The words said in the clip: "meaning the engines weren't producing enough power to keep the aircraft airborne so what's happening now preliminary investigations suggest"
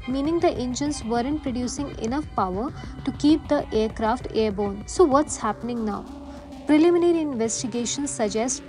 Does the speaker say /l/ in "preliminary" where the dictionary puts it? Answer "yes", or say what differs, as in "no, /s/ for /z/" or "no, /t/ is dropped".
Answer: yes